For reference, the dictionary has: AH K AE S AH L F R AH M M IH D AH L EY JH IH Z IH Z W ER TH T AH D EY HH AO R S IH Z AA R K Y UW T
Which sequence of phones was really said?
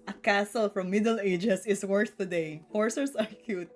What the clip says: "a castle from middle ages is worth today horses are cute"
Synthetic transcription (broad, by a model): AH K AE S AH L F R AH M M IH D AH L EY JH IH S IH S W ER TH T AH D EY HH AO R S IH S AA R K Y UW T